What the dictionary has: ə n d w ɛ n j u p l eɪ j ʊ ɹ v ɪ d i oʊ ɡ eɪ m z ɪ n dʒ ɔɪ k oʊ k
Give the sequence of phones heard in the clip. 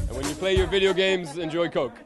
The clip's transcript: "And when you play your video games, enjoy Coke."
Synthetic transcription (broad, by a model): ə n w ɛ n j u p l eɪ j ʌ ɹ v ɪ d i oʊ ɡ eɪ m z ɪ n dʒ ɔɪ k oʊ k